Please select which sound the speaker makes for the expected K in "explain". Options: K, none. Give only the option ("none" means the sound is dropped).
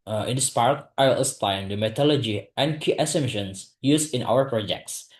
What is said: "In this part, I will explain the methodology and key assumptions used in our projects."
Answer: none